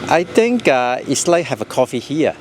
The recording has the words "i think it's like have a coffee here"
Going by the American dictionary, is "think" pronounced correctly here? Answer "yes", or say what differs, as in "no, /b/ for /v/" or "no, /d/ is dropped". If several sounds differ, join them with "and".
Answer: no, /t/ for /θ/